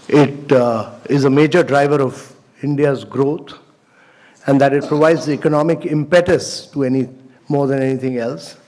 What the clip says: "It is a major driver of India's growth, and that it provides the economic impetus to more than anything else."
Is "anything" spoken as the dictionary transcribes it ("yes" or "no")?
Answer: no